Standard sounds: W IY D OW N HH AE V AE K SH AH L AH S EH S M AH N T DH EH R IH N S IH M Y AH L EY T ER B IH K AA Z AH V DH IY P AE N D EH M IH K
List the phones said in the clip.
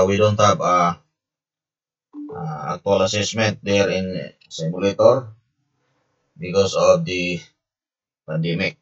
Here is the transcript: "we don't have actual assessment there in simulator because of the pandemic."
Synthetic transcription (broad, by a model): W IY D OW N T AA P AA K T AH L AH S EH S M AH N T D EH R IH N S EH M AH L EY T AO B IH K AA S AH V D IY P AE N D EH M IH K